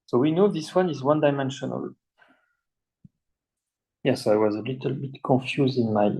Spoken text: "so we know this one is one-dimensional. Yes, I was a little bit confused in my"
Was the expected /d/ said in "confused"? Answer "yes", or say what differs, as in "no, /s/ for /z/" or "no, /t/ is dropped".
yes